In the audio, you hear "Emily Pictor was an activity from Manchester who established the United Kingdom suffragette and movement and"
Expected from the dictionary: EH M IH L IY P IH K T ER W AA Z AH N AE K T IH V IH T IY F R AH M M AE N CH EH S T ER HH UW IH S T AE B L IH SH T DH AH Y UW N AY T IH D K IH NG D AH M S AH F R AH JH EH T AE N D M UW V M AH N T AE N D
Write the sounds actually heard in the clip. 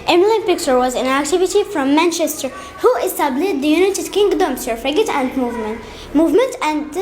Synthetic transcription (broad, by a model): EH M L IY P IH K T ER W AA Z AH N AE K T IH V IH T IY F R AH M M AE N CH EH S T ER HH UW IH S T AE B L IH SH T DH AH Y UW N AY T IH D K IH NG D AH M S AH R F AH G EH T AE N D M UW V M AH N T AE N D